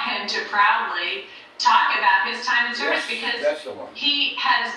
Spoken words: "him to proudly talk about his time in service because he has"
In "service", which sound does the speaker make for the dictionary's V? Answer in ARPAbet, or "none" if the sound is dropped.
none